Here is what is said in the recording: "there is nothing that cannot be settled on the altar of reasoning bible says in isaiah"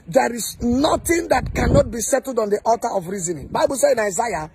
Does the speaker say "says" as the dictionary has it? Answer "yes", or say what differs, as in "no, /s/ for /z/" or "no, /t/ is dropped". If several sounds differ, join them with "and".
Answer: no, /z/ is dropped